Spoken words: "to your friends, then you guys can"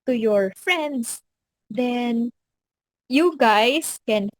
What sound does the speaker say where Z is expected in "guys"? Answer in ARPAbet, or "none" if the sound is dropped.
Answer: S